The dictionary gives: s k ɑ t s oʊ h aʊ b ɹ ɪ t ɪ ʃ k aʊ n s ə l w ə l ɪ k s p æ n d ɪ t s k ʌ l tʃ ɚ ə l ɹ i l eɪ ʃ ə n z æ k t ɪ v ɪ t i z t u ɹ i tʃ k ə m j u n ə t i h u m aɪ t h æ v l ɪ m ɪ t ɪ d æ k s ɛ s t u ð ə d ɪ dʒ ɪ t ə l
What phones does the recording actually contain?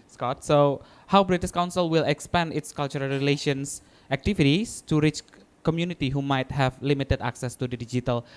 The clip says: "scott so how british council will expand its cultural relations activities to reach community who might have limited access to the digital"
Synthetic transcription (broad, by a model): s k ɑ t s oʊ h aʊ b ɹ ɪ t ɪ s k aʊ n s ə l w ə l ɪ k s p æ n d ɪ t s k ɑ l tʃ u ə l ɹ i l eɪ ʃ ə n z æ k t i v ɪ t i s t u ɹ i tʃ k ə m j u n ə t i h u m aɪ t h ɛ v l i m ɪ t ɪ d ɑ k s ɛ s t u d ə d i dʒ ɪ t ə l